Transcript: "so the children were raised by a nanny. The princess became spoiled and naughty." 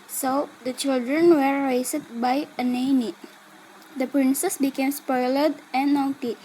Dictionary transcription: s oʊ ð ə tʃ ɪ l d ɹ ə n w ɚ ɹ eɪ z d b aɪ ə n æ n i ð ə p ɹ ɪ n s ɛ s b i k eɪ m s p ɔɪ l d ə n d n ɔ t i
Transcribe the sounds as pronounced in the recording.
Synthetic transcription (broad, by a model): s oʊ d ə tʃ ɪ l d ɹ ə n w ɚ ɹ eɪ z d b aɪ ə n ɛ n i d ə p ɹ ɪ n s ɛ s b i k eɪ m s p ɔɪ l ə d n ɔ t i